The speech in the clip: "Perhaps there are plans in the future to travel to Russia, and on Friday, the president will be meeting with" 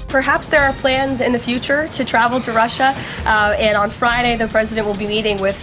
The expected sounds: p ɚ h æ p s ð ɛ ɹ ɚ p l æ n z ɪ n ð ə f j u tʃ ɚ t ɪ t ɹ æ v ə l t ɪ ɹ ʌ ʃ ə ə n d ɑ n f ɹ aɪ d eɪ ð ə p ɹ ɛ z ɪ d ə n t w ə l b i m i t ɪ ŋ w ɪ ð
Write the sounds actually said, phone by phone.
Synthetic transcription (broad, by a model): p ɚ h æ p s ð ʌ ɹ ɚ p l æ n z ɪ n ð ə f j u tʃ ɚ t ɪ t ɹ æ v l t ɪ ɹ ʌ ʃ ə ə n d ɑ n f ɹ aɪ d eɪ ð ə p ɹ ɛ z ɪ d ə n t w ə l b i m i t ɪ ŋ w ɪ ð